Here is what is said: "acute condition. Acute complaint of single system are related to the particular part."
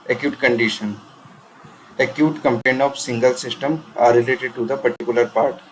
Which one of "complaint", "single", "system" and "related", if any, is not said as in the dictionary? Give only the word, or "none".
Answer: complaint